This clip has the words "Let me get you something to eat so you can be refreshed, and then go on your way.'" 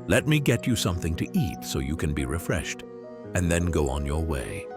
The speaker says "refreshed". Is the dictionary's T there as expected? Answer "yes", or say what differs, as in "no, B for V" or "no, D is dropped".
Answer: yes